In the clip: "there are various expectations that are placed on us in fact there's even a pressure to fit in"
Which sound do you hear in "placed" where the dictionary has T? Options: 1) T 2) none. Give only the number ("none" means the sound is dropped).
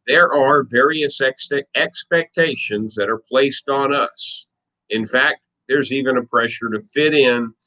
1